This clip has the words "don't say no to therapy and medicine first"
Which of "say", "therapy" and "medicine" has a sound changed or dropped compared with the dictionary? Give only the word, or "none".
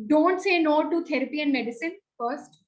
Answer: therapy